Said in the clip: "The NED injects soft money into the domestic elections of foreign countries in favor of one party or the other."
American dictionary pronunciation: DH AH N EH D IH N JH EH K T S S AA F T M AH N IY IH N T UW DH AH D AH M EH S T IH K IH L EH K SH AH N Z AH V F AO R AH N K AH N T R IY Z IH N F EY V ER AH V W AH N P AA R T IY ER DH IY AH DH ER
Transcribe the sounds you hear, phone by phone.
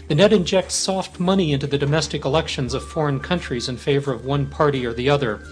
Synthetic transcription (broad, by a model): DH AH N EH D IH N JH EH K T S S AA F T M AH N IY IH N T UW DH AH D AH M EH S T IH K IH L EH K SH AH N Z AH V F AO R AH N K AH N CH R IY Z IH N F EY V ER AH V W AH N P AA R T IY ER DH IY AH DH ER